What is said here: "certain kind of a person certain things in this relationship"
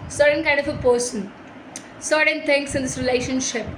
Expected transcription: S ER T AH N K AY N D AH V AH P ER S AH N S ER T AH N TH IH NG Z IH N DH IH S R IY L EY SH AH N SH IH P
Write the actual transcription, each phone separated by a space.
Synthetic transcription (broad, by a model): S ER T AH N K AY N D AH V AH P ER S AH N S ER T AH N T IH NG S IH N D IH S R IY L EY SH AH N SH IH P